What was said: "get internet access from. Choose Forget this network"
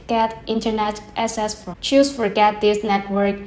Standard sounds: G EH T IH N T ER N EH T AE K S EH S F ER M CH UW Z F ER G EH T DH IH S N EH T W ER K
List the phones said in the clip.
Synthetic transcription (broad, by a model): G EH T IH N T ER N EH T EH S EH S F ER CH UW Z F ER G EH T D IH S N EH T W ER K